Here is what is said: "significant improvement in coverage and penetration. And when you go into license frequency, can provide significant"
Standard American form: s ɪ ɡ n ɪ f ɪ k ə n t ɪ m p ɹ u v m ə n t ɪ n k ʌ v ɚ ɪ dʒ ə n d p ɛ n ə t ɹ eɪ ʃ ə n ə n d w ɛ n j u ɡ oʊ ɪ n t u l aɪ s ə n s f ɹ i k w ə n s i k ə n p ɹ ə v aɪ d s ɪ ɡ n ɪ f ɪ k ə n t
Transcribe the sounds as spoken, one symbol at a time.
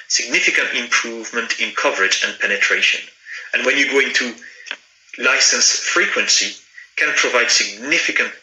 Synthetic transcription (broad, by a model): s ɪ ɡ n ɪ f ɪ k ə n t ɪ m p ɹ u v m ə n t ɪ n k ʌ v ɚ ɪ dʒ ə n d p ɛ n ə t ɹ eɪ ʃ ə n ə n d w ɛ n j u ɡ oʊ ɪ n t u l aɪ s ə n s f ɹ i k w ə n s i k ə n p ɹ ə v aɪ d s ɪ ɡ n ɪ f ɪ k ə n t